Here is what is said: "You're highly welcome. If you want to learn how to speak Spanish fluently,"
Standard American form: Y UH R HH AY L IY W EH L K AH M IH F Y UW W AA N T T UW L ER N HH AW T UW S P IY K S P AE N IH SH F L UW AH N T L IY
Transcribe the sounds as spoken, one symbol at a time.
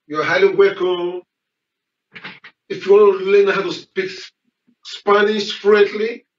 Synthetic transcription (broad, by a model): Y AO HH AY L IY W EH K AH IH F Y UW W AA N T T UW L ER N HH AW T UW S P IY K S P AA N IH S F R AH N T L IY